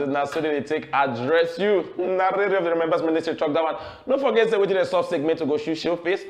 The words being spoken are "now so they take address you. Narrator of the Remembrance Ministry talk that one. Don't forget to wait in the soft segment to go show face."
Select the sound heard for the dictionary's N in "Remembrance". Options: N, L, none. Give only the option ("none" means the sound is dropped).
none